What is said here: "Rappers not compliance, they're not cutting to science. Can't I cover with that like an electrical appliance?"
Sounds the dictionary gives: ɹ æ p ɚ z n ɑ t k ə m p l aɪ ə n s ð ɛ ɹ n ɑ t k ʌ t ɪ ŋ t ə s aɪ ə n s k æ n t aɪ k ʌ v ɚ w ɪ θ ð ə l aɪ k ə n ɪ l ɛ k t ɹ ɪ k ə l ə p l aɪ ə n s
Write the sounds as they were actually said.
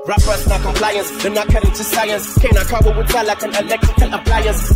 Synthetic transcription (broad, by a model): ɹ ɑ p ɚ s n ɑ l k ə m p l aɪ ə n s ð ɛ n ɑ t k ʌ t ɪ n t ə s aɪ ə n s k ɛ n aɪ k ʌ b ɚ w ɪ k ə l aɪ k ə n ɪ l ɛ k t ɹ ɪ k ə l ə p l aɪ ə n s